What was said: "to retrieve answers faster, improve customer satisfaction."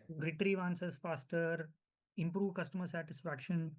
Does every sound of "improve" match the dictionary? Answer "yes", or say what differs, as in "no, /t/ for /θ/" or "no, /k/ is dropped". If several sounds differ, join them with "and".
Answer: yes